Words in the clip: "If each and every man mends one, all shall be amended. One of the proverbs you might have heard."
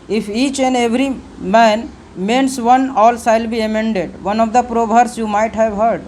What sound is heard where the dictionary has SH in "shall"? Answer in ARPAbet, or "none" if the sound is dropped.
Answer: S